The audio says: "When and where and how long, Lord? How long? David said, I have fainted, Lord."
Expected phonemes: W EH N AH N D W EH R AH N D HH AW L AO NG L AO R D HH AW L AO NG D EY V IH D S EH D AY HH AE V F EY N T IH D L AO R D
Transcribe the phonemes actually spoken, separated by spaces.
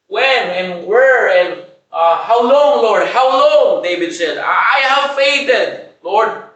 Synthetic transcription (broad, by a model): W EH N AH N W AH R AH N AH HH AW L AO NG L AO R D HH AW L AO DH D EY B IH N S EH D AY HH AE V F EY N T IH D L AO R D